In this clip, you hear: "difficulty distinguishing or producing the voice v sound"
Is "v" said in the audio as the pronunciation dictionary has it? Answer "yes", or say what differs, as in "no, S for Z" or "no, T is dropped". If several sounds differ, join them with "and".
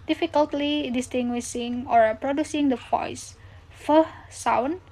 no, F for V